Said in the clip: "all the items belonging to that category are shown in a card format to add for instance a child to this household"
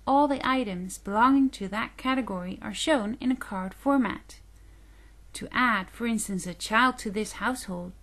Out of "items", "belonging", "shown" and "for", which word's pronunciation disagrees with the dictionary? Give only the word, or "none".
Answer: none